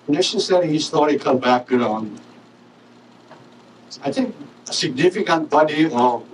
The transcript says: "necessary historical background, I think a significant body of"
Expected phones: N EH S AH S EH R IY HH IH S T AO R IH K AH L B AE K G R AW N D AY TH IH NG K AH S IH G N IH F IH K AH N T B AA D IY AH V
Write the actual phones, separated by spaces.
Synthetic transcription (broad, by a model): N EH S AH S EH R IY HH IH S T AO R IH K AH L B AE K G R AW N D AY T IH NG K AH S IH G N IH F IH K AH N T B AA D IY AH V